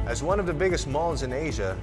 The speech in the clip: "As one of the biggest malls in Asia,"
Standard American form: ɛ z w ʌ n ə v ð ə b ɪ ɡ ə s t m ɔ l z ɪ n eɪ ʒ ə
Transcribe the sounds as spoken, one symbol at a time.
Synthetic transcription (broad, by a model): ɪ z w ʌ n ə v ð ə b ɪ ɡ ə s t m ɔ n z ɪ n eɪ ʒ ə